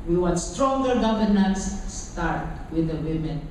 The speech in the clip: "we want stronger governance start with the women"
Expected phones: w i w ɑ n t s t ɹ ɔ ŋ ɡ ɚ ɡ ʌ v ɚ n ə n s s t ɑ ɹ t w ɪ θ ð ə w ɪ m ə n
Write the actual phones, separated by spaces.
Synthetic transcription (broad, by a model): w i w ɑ t s t ɹ ɔ ŋ ɡ ɚ ɡ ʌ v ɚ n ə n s s t ɑ ɹ t w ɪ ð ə w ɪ m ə n